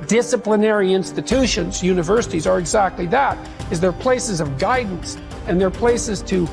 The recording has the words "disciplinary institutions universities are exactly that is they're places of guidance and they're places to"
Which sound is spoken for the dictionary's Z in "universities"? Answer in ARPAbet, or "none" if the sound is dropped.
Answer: Z